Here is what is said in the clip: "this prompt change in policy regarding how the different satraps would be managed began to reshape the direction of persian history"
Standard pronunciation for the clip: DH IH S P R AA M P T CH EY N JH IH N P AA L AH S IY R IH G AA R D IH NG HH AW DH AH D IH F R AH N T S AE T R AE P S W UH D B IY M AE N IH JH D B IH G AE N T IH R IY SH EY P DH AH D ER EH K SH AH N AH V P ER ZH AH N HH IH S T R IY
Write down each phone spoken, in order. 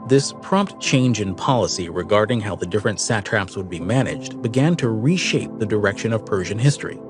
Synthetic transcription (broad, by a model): DH IH S P R AA M P T CH EY N JH IH N P AA L AH S IY R IH G AA R D IH NG HH AW DH AH D IH F R AH N T S AE T R AE P S W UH D B IY M AE N IH JH D B IH G AE N T IH R IY SH EY P DH AH D ER EH K SH AH N AH V P ER ZH AH N HH IH S T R IY